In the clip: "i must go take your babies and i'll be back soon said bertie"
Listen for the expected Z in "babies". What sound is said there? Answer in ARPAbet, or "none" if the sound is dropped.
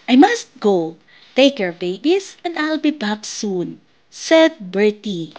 S